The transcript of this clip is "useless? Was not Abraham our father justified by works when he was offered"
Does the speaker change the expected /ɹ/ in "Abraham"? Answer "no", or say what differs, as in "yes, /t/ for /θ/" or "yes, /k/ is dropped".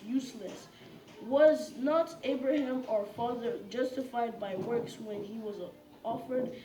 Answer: no